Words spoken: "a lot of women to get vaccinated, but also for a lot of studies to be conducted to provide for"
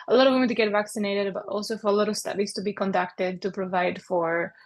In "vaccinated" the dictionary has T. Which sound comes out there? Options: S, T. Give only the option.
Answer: T